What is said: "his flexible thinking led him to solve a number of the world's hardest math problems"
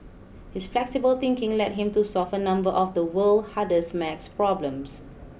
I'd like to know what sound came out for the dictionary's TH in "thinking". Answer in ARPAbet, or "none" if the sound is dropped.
T